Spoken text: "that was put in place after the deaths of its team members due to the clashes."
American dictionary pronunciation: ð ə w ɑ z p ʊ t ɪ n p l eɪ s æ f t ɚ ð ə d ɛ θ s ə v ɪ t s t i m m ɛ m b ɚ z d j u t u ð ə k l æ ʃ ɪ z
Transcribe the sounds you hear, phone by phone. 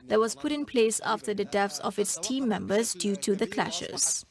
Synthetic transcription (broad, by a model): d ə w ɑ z p ʊ t ɪ n p l eɪ s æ f t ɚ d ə d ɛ f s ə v ɪ t s t i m m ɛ m b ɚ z d j u t u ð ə k l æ ʃ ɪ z